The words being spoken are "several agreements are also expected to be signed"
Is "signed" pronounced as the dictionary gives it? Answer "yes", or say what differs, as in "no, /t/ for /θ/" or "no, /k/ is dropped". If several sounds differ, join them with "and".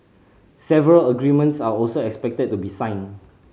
no, /d/ is dropped